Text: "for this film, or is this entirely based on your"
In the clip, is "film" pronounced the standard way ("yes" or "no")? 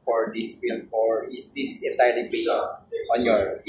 no